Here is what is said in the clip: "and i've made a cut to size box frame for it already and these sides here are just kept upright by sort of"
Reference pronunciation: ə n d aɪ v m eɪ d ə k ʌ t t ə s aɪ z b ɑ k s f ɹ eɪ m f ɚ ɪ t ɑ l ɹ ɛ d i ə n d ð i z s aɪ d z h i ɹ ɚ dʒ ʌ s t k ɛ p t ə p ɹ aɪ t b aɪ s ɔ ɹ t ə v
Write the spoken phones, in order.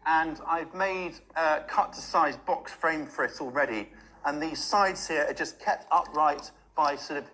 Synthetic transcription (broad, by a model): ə n aɪ v m eɪ d ə k ʌ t t ə s aɪ z b ɑ k s f ɹ eɪ m f ɚ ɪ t ɑ l ɹ ɛ d i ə n ð i z s aɪ d z h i ɹ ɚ dʒ ʌ s k ɛ p t ə p ɹ aɪ t b aɪ s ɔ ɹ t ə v